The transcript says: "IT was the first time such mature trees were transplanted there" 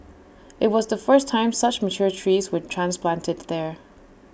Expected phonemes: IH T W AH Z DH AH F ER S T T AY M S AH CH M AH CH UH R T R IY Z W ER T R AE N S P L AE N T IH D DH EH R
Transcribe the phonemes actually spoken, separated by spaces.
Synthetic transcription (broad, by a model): IH T W AH Z DH AH F ER S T T AY M S AH CH M AH CH UH R T R IY Z W ER T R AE N S P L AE N T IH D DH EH R